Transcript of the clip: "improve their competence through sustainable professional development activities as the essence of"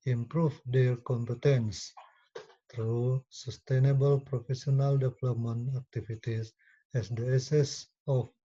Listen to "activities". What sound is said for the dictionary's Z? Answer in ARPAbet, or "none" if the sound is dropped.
S